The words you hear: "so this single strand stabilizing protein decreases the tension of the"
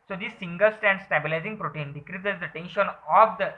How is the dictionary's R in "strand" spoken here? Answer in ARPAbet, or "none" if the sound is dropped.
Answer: none